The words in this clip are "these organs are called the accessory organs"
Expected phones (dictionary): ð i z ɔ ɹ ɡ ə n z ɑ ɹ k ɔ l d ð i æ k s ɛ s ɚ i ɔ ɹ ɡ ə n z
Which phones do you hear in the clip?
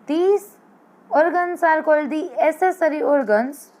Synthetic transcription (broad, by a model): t i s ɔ ɹ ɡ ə n s ɑ ɹ k ɔ l d i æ s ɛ s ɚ i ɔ ɹ ɡ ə n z